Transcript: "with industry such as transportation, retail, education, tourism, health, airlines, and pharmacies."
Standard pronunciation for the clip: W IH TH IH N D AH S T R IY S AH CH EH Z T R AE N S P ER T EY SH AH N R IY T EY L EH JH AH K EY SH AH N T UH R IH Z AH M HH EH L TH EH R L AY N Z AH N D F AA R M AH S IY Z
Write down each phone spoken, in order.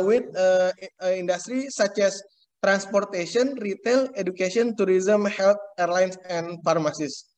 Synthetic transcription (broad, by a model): W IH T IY N D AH S T R IY S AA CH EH S T R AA N S P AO T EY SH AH N R IY T EY L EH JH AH K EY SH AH N T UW R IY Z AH M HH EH L T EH R L AY N S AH N F AA R M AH S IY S